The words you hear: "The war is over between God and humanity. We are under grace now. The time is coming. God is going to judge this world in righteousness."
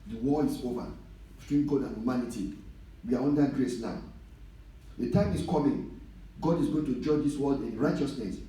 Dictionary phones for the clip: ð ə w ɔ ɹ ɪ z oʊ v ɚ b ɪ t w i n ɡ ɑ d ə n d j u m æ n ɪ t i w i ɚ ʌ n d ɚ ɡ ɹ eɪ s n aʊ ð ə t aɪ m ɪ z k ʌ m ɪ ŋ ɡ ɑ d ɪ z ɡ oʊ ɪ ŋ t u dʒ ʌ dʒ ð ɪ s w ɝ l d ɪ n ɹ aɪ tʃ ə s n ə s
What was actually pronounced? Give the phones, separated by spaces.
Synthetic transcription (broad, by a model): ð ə w ɔ l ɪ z oʊ v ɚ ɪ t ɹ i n ɡ ɑ d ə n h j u m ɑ n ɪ t i w i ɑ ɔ n d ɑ ɡ ɹ eɪ s n aʊ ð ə t aɪ m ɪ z k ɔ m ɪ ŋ ɡ ɑ d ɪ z ɡ oʊ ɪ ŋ t u dʒ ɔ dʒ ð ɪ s w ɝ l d ɪ n ɹ aɪ tʃ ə s n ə s